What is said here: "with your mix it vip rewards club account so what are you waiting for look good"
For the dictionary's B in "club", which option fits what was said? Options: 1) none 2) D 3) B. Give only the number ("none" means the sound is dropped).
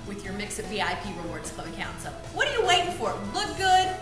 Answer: 1